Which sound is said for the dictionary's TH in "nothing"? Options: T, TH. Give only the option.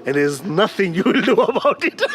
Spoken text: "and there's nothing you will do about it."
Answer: TH